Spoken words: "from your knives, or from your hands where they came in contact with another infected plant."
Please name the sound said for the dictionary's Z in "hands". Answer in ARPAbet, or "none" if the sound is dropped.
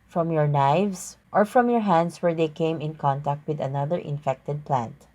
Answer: S